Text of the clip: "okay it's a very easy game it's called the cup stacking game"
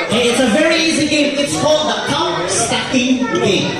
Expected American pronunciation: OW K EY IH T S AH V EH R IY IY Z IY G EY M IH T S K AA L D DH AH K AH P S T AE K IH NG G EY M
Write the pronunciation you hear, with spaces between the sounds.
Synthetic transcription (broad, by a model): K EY IH T S AH V EH R IY IY Z IY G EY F IH T S K AA L D DH AH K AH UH S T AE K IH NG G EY